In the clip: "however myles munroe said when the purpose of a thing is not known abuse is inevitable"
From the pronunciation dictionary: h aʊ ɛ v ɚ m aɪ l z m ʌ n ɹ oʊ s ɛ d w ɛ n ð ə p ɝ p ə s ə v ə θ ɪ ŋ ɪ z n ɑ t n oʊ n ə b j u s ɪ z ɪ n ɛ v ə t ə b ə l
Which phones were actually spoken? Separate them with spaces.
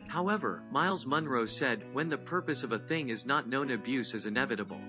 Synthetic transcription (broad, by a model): h aʊ ɛ v ɚ m aɪ l z m ʌ n ɹ oʊ s ɛ d w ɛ n ð ə p ɝ p ə s ə v ə θ ɪ ŋ ɪ z n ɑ t n oʊ n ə b j u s ɪ z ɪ n ɛ v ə t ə b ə l